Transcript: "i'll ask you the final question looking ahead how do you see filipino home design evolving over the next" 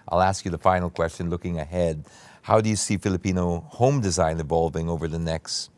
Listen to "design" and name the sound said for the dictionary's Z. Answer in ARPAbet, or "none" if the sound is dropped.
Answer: Z